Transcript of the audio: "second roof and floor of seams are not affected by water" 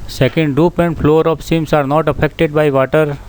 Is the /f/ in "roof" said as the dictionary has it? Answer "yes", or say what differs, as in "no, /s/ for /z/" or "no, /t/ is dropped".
no, /p/ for /f/